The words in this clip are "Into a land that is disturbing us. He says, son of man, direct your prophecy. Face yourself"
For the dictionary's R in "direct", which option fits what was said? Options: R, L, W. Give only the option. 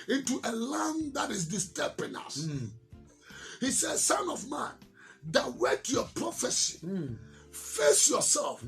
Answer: W